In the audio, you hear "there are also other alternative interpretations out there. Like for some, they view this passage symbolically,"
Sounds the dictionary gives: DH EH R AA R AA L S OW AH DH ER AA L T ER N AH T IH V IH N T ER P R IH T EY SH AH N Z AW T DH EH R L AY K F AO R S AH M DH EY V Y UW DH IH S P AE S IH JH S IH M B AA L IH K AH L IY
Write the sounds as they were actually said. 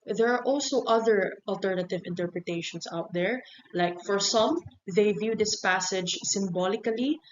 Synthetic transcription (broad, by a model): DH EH R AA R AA L S OW AH DH ER AA L T ER N AH T IH V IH N T ER P R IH T EY SH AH N S AW T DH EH R L AY K F AO R S AH M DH EY V Y UW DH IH S P AE S IH JH S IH M B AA L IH K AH L IY